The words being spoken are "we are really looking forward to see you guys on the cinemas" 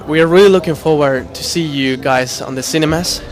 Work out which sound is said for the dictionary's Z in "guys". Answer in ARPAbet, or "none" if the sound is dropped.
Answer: Z